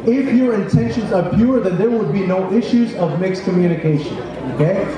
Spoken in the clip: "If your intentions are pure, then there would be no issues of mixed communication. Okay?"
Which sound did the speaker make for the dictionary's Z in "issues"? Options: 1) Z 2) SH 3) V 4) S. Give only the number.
1